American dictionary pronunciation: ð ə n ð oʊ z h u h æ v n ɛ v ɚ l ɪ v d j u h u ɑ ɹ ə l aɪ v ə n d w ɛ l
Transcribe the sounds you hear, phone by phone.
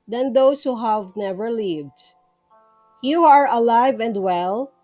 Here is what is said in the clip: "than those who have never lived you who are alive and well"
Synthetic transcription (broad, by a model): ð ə n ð oʊ s h u h æ v n ɛ v ɚ l ɪ v d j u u ɑ ɹ ə l aɪ v ə n d w ɛ l